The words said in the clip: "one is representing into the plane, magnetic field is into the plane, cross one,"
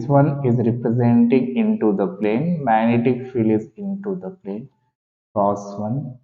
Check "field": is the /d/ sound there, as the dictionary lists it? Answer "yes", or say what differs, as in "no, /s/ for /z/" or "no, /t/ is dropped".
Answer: no, /d/ is dropped